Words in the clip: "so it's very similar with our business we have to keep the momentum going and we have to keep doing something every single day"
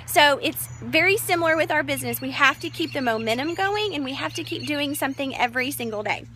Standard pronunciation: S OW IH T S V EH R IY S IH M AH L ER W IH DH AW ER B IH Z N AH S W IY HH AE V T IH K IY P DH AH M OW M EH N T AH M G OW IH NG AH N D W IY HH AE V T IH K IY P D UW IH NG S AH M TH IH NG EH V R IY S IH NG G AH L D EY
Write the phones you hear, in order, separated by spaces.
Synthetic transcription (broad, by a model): S OW IH T S V EH R IY S IH M L ER W IH DH AW ER B IH Z N AH S W IY HH AE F T IH K IY P DH AH M OW M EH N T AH M G OW IH NG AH N W IY HH AE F T IH K IY P D UW IH NG S AH M TH IH NG EH V R IY S IH NG G L D EY